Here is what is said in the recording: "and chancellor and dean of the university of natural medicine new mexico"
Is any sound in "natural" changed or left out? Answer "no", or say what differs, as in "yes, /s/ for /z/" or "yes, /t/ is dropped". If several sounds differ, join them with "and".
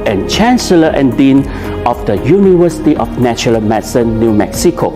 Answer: yes, /ɹ/ is dropped